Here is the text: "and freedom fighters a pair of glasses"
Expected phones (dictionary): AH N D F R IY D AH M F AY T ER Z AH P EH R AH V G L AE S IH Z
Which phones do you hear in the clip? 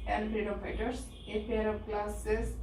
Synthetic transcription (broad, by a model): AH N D P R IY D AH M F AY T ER S AH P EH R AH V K L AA S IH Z